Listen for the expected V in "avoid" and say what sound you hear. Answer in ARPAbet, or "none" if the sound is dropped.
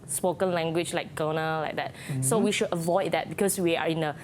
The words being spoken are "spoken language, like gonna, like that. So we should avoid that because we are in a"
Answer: V